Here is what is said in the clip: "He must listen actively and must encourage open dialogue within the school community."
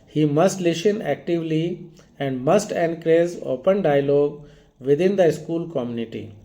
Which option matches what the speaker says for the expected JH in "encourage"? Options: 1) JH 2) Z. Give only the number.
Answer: 2